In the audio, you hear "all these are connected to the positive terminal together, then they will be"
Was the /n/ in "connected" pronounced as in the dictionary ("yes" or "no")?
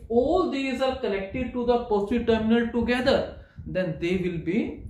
no